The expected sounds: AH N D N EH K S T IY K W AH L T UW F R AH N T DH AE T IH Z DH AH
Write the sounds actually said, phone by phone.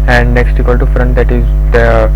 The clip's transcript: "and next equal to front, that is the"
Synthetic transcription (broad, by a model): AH N D N EH K S T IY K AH L T UW F R AH N T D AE T IH Z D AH